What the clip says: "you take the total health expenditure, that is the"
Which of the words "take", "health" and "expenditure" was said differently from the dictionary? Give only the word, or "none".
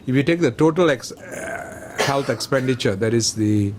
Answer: health